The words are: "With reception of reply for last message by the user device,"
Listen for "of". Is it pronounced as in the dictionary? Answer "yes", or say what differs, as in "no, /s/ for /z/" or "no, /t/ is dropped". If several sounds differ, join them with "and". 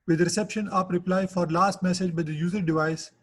no, /p/ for /v/